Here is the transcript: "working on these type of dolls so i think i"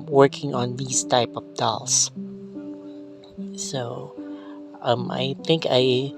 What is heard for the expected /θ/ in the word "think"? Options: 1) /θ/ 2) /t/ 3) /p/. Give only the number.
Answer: 1